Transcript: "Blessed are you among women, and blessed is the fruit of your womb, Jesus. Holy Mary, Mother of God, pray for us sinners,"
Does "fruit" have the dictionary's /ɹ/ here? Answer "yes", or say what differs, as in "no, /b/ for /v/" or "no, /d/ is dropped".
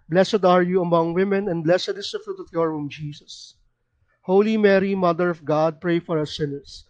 yes